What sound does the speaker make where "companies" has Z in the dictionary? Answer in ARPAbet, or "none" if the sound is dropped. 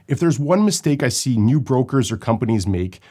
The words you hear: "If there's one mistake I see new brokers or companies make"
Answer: Z